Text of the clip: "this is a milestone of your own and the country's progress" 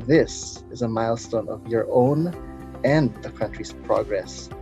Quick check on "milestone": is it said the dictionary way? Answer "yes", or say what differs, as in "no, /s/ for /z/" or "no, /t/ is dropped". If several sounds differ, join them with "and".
yes